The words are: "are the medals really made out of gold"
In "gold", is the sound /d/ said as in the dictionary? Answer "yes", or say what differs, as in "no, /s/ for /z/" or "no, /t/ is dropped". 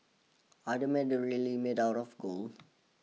no, /d/ is dropped